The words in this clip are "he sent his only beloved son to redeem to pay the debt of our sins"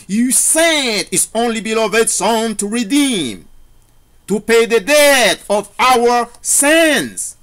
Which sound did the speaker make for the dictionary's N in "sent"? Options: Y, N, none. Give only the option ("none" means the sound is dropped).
none